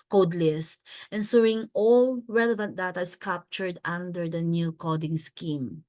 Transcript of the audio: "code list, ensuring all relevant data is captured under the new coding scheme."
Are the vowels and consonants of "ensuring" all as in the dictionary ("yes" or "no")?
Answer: no